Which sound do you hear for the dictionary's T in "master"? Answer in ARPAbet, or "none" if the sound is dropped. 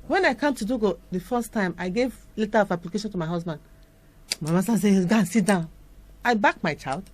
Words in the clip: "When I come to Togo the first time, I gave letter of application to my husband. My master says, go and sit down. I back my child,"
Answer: S